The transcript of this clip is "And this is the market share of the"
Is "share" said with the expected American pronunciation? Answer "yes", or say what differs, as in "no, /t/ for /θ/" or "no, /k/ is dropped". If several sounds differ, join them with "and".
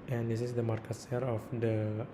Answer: no, /s/ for /ʃ/